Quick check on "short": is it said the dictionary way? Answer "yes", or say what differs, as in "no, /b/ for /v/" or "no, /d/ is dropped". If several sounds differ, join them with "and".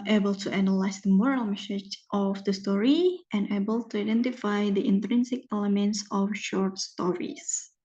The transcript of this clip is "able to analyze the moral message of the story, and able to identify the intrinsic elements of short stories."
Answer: yes